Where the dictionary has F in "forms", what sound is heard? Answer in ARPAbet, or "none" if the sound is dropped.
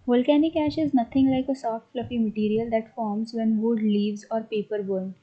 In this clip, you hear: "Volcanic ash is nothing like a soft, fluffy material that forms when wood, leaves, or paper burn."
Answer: F